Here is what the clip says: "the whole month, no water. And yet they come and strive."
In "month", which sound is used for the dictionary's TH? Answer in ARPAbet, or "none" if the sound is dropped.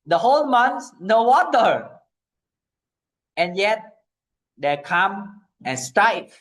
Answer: S